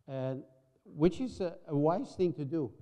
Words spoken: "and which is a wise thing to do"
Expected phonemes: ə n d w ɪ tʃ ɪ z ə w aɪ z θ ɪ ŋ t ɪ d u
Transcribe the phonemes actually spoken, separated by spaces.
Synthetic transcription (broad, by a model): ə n w ɪ tʃ ɪ z ə w aɪ z θ ɪ ŋ t ɪ d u